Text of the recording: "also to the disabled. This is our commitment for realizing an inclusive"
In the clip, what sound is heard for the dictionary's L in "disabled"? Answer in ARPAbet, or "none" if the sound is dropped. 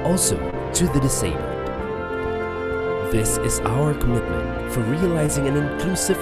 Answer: N